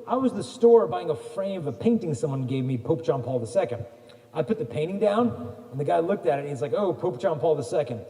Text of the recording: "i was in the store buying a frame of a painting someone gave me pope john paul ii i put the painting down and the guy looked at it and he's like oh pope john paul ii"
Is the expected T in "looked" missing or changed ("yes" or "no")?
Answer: no